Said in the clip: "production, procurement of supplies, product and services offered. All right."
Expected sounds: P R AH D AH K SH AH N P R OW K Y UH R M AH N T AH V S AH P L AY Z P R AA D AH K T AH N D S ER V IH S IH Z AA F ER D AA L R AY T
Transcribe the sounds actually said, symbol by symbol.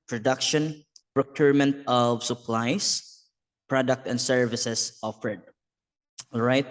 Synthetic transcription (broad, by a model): P R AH D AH K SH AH N P R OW K Y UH R M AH N T AH V S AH P L AY S P R AA D AH K T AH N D S ER V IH S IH S AA F ER D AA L R AY T